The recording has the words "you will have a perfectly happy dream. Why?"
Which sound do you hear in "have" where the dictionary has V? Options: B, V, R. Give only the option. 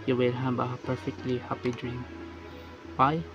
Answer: B